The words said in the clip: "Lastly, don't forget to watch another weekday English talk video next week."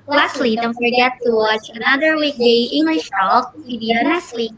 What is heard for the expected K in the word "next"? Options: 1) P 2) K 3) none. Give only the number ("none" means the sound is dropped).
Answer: 3